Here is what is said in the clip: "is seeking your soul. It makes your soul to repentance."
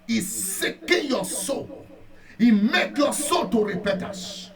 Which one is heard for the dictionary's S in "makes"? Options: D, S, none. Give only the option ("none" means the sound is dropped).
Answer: none